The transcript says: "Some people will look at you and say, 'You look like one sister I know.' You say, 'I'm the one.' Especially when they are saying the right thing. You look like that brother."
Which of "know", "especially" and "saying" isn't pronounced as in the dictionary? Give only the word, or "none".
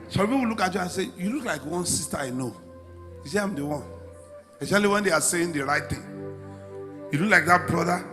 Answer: especially